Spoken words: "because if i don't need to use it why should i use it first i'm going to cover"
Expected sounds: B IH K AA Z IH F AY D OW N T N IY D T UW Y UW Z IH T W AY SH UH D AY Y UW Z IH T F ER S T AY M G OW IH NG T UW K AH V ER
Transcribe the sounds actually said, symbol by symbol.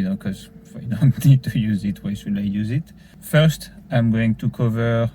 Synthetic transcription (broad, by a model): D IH K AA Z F AY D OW N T N IY D T UW Y UW Z IH T W AY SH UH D AY Y UW Z IH T F ER S T AY M G OW IH NG T UW K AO V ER